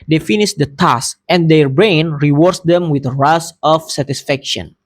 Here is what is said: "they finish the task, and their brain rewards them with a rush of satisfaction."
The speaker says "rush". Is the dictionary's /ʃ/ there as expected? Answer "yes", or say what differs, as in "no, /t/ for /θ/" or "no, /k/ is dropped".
no, /s/ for /ʃ/